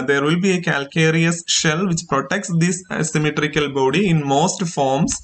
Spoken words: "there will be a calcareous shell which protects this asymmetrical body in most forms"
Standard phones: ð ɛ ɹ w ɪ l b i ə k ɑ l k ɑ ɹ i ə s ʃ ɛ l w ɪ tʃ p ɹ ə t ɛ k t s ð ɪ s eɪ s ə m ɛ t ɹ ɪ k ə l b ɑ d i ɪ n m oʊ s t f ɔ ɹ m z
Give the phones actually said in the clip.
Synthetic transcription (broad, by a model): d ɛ ɹ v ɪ l b i ə k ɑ l k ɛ ɹ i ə s ʃ ɛ l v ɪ tʃ p ɹ ə t ɛ k t s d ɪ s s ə m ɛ t ɹ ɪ k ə l b ɑ d i ɪ n m oʊ s t f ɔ ɹ m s